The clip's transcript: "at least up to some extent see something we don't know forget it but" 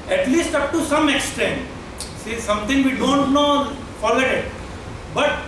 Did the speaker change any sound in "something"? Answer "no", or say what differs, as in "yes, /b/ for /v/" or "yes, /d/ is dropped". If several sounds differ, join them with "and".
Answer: yes, /t/ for /θ/